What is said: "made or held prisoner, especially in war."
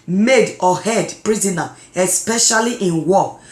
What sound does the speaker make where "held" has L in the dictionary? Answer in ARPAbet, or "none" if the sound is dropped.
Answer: none